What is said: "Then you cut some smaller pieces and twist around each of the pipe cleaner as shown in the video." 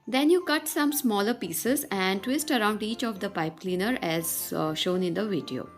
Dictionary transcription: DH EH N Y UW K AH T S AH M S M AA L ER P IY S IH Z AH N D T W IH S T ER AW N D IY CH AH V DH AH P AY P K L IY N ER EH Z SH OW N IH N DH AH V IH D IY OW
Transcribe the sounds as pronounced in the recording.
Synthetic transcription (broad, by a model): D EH N Y UW K AH T S AH M S M AA L ER P IY S IH Z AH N D T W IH S T ER AW N D IY CH AH V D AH P AY P K L IY N ER EH Z SH OW N IH N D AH V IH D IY OW